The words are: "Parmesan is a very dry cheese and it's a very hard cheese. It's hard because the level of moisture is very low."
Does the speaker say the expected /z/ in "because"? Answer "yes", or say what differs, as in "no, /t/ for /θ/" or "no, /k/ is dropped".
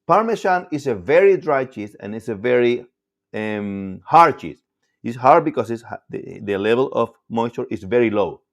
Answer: no, /s/ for /z/